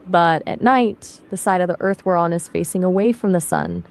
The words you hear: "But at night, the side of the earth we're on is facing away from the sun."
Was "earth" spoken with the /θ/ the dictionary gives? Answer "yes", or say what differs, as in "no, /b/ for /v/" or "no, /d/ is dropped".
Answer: yes